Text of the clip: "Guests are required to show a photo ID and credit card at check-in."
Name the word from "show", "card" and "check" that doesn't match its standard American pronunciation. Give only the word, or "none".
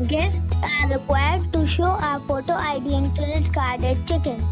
none